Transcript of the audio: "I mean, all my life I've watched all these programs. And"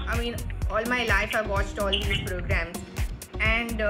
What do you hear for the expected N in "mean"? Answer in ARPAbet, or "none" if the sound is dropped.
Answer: N